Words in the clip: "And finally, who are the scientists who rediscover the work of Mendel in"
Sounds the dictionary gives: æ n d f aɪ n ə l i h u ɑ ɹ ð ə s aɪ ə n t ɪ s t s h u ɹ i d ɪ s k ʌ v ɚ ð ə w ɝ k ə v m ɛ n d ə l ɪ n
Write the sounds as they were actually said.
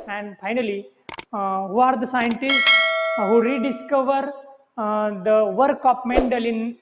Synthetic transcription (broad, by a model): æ n d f aɪ n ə l i h u ɑ ɹ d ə s aɪ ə n t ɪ s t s h u ɹ i d ɪ s k ʌ v ɚ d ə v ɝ k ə p m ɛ n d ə l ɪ n